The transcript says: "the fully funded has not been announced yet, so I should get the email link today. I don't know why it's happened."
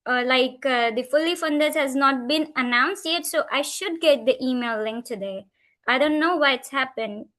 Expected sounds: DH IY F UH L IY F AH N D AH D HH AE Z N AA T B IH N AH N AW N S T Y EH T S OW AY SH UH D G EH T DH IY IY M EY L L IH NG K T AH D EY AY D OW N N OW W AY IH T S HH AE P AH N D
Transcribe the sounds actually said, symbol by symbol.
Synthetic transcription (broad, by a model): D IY F UH L IY F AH N D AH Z HH AE Z N AA T B IH N AH N AW N S T Y EH T S OW AY SH UH D G EH T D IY IY M EY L L IH NG K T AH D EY AY D OW N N OW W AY IH T S HH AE P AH N D